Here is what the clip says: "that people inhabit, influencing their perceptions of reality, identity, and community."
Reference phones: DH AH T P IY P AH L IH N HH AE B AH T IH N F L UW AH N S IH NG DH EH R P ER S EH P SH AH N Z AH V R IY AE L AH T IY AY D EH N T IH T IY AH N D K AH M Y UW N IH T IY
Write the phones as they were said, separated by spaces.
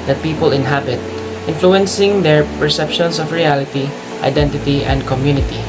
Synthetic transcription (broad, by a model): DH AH T P IY P AH L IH N HH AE B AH T IH N F L UW AH N S IH NG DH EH R P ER S EH P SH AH N S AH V R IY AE L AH T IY AY D EH N T IH T IY AH N D K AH M Y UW N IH T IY